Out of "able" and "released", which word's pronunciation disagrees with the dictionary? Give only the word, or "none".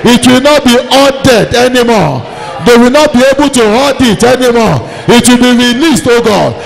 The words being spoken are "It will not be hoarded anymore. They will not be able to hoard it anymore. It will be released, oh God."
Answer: none